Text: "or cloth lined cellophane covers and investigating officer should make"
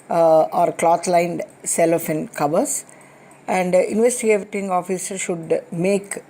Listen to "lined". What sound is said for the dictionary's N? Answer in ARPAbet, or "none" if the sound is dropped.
N